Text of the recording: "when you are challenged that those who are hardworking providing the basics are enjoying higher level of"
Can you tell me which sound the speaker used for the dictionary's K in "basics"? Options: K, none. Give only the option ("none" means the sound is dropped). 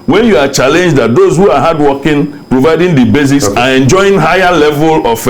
none